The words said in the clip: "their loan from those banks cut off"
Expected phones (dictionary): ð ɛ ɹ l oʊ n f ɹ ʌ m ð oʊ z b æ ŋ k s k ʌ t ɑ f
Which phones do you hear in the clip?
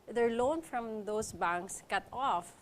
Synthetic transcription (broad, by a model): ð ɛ ɹ l oʊ n f ɹ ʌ m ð oʊ s b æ ŋ k s k ʌ t ɑ f